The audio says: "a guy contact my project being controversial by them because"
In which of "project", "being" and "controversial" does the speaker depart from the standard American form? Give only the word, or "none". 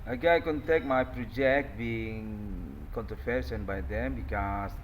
controversial